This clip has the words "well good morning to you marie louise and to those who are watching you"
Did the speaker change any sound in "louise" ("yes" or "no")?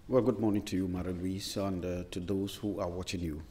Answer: yes